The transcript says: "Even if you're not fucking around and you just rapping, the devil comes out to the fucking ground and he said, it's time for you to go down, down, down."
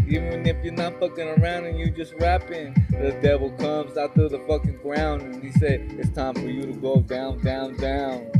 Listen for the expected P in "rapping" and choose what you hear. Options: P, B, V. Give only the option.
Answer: P